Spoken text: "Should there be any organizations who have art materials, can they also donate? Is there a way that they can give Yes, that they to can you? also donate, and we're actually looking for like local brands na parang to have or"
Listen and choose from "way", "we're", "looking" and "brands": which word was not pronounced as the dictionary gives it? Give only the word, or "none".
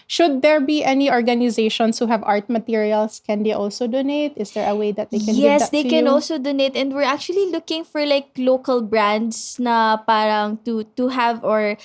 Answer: brands